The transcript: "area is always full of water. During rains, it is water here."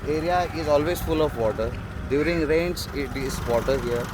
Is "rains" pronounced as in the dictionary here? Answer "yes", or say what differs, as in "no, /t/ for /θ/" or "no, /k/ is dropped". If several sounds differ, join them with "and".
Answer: no, /s/ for /z/